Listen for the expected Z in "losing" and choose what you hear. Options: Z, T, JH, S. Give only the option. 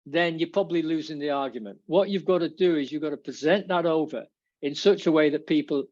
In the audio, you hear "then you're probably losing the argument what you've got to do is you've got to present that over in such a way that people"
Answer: Z